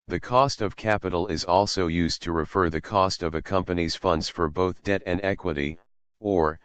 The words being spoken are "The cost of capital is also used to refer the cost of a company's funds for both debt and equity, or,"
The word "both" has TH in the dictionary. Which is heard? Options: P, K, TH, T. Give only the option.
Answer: TH